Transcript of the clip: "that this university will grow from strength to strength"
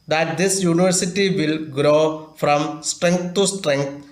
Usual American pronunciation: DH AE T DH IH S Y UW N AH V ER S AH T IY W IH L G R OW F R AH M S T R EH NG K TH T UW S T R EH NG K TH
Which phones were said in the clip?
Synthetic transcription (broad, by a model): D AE T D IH S Y UW N AH V ER S AH T IY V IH L G R OW F R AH M S T R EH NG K T T UW S T R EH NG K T